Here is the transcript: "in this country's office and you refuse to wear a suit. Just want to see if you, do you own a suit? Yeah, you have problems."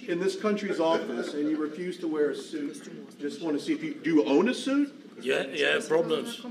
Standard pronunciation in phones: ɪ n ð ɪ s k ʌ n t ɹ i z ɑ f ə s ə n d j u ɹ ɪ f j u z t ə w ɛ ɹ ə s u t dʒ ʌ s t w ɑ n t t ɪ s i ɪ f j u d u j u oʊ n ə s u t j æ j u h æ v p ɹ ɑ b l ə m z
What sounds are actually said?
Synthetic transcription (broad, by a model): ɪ n ð ɪ s k ʌ n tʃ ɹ i z ɑ f ə s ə n j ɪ ɹ ɪ f j u z t ə w ɛ ɹ ə s u t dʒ ʌ s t w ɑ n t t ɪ s i ɪ f j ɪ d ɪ oʊ n ə s u t j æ j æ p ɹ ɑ b l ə m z